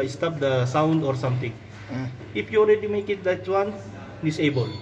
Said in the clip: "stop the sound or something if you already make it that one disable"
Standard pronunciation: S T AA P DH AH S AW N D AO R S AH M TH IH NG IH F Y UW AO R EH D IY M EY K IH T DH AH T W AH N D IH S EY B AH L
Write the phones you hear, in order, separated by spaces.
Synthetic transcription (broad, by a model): S T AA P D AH S AW N D AO R S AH M T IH NG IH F Y UW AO L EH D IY M EY K IH T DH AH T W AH N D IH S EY B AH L